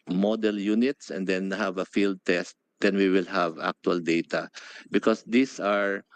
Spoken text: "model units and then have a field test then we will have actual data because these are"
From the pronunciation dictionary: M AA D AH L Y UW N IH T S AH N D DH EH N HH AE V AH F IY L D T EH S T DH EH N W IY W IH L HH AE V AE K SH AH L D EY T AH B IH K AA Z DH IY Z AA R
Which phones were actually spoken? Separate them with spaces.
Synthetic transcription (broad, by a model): M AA D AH L Y UW N IH T S AH N D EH N HH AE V AH F IY L D T EH S T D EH N W IY W IH L HH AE V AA K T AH L D EY T AH B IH K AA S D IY S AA R